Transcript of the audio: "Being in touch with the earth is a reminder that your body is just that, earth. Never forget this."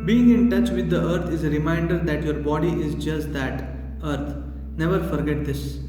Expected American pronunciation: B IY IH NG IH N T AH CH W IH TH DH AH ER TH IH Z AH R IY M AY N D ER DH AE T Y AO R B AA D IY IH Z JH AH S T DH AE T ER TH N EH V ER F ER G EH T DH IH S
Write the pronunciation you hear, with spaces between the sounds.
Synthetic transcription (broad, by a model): B IY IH NG IH N T AH CH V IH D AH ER T IH Z R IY M AY N D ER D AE T Y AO R B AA D IY IH Z JH AH S T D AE T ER T N EH V ER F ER G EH T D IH S